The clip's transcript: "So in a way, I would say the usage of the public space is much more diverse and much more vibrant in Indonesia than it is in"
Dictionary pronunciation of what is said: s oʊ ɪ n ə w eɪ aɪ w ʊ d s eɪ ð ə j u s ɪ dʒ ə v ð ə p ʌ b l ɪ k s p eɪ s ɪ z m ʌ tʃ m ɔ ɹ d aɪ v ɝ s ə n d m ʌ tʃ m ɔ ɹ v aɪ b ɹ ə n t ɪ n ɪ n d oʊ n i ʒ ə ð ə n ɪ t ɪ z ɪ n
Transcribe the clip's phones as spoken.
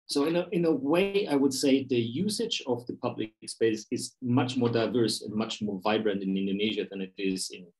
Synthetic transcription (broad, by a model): s oʊ ɪ n ə w eɪ aɪ w ʊ d s eɪ ð ə j u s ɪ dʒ ə v ð ə p ʌ b l ɪ k s p eɪ s ɪ z m ʌ tʃ m ɔ ɹ d aɪ v ɝ s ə n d m ʌ tʃ m ɔ ɹ v aɪ b ɹ ə n t ɪ n ɪ n d oʊ n i ʒ ə ð ə n ɪ t ɪ z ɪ n